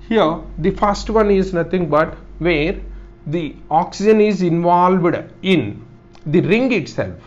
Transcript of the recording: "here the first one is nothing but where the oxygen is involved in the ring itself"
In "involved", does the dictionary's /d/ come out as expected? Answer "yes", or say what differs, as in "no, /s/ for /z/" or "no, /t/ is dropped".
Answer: yes